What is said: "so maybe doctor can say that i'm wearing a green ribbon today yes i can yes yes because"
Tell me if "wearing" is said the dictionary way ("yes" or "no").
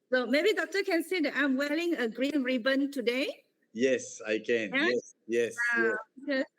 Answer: no